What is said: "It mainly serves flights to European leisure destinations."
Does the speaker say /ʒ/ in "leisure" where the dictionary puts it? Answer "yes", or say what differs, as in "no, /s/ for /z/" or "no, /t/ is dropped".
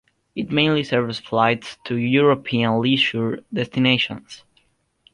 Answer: no, /ʃ/ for /ʒ/